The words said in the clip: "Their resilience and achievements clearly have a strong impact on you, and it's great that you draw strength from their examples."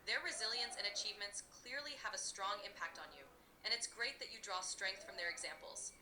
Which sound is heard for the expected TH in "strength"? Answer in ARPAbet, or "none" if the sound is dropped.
TH